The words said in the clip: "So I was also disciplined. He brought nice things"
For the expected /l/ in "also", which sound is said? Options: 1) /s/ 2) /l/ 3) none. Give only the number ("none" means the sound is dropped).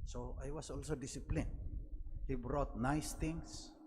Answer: 2